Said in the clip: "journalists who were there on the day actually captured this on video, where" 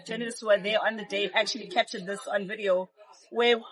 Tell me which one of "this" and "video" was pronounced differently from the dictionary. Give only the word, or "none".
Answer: none